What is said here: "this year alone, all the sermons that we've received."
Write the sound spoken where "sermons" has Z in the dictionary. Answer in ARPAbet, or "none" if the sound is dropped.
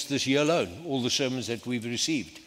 Z